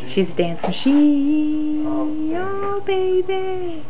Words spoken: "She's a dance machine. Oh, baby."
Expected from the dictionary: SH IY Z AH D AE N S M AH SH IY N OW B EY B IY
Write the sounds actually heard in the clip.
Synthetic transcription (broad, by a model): SH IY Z D AE N S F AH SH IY OW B EY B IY